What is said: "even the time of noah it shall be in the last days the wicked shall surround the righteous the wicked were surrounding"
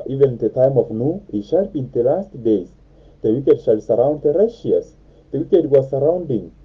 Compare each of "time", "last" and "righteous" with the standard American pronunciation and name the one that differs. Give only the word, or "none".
righteous